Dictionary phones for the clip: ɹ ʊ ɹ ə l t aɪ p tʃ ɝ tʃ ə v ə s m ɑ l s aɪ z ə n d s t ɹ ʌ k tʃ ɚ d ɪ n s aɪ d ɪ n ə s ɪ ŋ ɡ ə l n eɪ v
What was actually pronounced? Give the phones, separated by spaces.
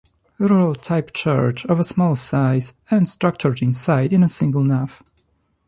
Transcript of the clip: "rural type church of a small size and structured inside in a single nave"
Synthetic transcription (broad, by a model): ɹ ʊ ɹ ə l t aɪ p tʃ ɝ tʃ ə v ə s m ɑ l s aɪ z ə n d s t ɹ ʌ k tʃ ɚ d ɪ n s aɪ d ɪ n ə s ɪ ŋ ɡ ə l n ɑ f